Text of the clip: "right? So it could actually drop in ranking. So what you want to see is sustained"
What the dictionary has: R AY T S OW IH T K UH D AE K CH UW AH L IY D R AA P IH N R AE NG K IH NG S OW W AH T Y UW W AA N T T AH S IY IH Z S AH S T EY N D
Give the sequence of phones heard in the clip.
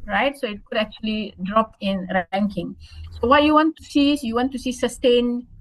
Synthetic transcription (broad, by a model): R AY T S OW IH T K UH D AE K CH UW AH L IY D R AA P IH N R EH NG K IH NG S OW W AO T Y UW W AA N T S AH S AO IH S S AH S T EY N